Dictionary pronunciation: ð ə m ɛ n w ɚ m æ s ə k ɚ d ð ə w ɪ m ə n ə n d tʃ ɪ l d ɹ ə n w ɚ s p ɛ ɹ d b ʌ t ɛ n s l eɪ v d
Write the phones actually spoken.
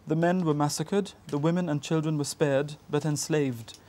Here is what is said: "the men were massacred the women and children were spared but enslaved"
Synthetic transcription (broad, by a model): ð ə m ɛ n w ɚ m æ s ə k ɚ d ð ə w ɪ m ə n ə n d tʃ ɪ l d ɹ ə n w ɚ s p ɛ ɹ d b ʌ t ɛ n s l eɪ v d